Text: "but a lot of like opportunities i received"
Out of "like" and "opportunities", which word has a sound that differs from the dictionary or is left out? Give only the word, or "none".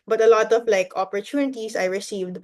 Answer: opportunities